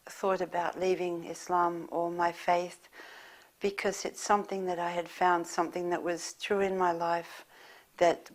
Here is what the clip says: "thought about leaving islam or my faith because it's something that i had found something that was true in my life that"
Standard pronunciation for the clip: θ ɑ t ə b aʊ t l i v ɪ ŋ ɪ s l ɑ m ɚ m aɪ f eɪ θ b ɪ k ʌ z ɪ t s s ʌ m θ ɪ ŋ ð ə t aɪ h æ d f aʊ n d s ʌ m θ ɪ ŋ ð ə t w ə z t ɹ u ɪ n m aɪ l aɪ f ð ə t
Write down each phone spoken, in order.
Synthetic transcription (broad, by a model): θ ɑ t ə b aʊ t l i v ɪ ŋ ɪ s l ɑ m ɚ m aɪ f eɪ θ b ɪ k ʌ z ɪ t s s ʌ m θ ɪ ŋ ð ə t aɪ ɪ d f aʊ n d s ʌ m θ ɪ ŋ ð ə t w ə z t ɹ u ɪ n m aɪ l aɪ f ð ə t